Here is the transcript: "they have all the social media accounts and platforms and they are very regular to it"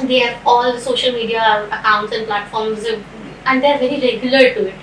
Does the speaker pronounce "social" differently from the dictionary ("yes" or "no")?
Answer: no